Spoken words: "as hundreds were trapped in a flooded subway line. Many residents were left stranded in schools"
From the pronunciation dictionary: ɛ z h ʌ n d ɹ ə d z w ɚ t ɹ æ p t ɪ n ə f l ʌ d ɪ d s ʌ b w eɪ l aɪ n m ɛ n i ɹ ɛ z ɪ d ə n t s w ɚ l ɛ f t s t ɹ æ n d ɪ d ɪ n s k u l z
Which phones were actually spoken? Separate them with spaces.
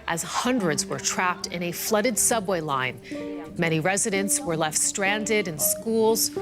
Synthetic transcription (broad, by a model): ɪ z h ʌ n d ɹ ə d z w ɚ t ɹ æ p t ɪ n ə f l ʌ d ɪ d s ʌ b w eɪ l aɪ n m ɛ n i ɹ ɛ z ɪ d ə n t s w ɚ l ɛ f t s t ɹ æ n d ɪ d ɪ n s k u l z